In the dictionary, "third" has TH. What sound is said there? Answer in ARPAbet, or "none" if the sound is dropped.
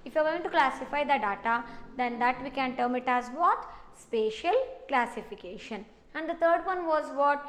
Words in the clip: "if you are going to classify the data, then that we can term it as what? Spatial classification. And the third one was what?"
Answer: T